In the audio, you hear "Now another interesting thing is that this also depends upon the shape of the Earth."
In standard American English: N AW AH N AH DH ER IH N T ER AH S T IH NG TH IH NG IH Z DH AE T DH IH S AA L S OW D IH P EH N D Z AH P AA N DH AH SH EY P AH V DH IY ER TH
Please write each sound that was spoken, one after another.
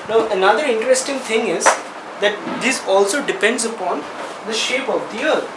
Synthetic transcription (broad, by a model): N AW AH N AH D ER IH N T ER AH S T IH NG T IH NG IH Z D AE T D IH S AA L S OW D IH P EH N D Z AH P AA N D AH SH EY P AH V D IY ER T